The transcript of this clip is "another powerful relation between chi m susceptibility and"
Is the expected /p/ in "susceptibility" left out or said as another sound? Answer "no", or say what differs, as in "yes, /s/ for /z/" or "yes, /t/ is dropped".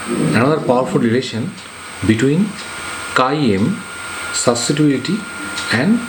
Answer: yes, /p/ is dropped